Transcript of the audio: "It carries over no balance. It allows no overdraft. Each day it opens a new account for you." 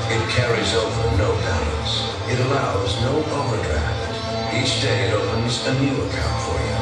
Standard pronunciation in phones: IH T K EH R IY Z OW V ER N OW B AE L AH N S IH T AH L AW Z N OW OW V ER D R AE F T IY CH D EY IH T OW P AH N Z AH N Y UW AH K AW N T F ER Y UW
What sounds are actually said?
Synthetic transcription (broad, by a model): IH T K EH R IY Z OW V ER N OW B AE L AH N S IH T AH L AW Z N OW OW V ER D R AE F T IY CH D EY IH T OW P AH N Z AH N Y UW AH K AW N T F ER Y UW